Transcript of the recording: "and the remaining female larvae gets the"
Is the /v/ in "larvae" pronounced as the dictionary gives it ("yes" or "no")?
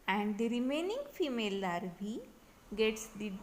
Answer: no